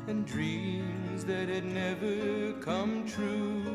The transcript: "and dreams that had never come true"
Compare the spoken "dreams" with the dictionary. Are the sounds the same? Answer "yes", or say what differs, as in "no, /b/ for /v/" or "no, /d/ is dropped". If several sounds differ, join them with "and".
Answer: yes